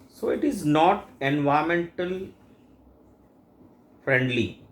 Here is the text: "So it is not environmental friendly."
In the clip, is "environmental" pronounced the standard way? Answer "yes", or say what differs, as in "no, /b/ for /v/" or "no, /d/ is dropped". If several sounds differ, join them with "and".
no, /ɹ/ is dropped and /n/ is dropped